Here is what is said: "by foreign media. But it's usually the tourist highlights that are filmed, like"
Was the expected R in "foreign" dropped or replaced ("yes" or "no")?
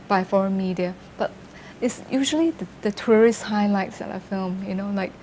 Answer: no